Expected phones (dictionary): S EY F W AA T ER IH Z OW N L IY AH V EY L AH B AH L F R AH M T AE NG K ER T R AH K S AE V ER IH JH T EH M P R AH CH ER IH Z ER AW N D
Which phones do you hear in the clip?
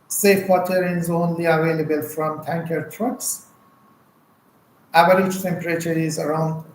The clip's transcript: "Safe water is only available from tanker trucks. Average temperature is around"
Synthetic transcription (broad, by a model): S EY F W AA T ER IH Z OW N L IY AH V EY L AH B AH L F R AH M T AE NG K ER T R AH K S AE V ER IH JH T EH M P R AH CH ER IH Z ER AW N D